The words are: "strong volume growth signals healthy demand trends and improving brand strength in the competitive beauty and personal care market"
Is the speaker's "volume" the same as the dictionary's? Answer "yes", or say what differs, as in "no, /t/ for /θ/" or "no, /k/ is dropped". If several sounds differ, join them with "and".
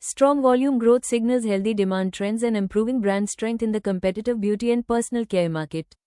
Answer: yes